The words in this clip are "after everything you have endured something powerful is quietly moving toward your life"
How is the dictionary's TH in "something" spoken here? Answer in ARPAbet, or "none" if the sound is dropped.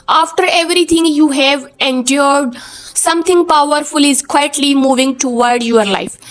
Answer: T